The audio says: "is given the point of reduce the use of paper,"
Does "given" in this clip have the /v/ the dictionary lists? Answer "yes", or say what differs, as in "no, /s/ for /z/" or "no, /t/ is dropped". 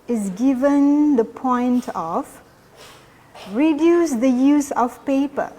yes